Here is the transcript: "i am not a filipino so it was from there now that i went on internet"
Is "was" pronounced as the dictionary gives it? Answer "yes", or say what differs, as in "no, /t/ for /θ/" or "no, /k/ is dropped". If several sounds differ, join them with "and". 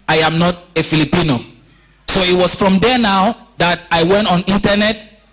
no, /s/ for /z/